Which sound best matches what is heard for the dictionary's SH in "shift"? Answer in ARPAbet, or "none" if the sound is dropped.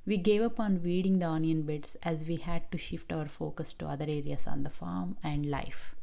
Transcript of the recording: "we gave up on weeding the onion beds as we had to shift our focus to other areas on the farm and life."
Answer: SH